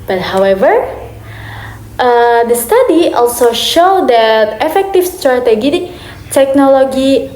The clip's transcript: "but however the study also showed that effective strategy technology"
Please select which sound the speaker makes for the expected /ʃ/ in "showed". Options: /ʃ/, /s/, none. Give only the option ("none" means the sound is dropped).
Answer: /ʃ/